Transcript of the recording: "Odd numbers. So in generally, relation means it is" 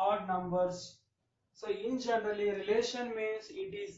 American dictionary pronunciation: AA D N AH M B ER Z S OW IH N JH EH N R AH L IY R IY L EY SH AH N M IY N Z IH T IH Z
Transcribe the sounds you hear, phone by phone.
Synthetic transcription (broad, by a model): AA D N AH M B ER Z S OW IH N JH EH N R AH L IY R IY L EY SH AH N M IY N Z IH T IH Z